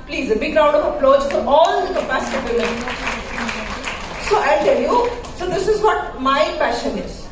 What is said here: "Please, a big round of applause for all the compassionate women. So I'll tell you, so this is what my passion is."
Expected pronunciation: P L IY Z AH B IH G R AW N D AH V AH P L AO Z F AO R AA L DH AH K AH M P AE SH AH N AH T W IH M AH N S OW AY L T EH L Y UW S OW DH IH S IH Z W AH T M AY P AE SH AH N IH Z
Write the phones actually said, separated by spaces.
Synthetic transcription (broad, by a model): P L IY Z AH B IH G R AW N D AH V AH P L AO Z F AO R AA L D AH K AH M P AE S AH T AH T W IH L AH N S OW AY L T EH L Y UW S OW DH IH S IH Z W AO T M AY P AE SH AH N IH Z